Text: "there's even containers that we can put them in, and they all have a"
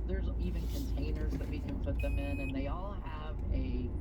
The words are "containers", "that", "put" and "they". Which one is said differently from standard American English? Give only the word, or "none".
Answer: none